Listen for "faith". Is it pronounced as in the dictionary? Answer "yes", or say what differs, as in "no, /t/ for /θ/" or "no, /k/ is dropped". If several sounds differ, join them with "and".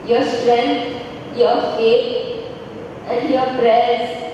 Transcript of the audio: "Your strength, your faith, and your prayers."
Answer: no, /t/ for /θ/